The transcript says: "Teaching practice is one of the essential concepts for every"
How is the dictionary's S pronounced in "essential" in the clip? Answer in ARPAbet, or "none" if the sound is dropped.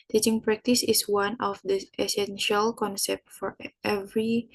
S